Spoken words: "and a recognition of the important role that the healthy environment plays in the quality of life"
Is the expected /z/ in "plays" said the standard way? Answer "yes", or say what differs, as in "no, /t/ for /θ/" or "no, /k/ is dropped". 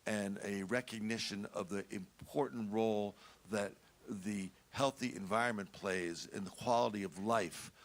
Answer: yes